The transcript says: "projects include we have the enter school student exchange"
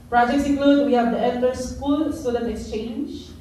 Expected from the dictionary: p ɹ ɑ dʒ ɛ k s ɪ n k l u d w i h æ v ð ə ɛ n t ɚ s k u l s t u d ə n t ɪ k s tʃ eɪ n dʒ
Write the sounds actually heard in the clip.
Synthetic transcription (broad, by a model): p ɹ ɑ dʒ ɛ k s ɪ k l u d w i h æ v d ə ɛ l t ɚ s k u l s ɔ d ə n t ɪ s tʃ eɪ n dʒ